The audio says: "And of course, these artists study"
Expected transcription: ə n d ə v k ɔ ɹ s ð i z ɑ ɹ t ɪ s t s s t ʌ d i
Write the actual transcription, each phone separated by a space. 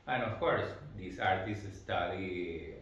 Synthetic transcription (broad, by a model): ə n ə f k ɔ ɹ s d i s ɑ ɹ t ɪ s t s s t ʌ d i